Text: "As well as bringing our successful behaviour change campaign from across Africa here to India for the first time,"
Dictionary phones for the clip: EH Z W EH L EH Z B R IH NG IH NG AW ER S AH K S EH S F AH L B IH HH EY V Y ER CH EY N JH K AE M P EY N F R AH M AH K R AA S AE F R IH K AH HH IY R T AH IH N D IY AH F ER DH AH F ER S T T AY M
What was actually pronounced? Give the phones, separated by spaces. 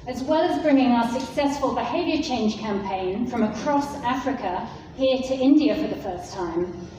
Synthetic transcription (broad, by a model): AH Z W EH L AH Z B R IH NG IH NG AW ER S AH K S EH S F AH L B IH HH EY V Y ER CH EY N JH K AE M P EY N F R AH M AH K R AA S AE F R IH K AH HH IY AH T AH IH N D IY AH F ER DH AH F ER S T T AY M